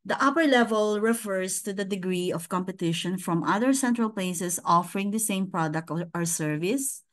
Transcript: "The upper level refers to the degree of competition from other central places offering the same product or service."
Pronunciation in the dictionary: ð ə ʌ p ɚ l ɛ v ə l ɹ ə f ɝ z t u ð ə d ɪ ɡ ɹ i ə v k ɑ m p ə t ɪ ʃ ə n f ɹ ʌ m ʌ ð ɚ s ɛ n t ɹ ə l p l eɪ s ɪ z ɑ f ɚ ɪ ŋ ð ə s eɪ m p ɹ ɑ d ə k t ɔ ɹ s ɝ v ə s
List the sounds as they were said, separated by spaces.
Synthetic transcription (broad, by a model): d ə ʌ p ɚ l ɛ v ə l ɹ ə f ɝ s t u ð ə d ɪ ɡ ɹ i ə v k ɑ m p ə t ɪ ʃ ə n f ɹ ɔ m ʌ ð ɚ s ɛ n t ɹ ə l p l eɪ s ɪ s ɑ f ɚ ɪ ŋ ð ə s eɪ m p ɹ ɑ d ə k t ɔ ɹ s ɝ v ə s